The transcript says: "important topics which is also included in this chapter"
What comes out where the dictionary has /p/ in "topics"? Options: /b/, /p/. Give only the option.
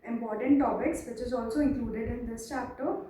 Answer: /b/